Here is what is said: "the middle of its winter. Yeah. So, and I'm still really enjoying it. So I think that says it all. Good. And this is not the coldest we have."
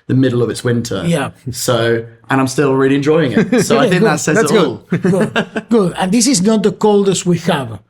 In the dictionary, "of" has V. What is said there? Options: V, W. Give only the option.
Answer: V